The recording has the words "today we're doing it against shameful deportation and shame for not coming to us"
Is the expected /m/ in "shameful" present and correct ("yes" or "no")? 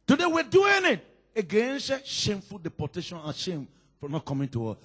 yes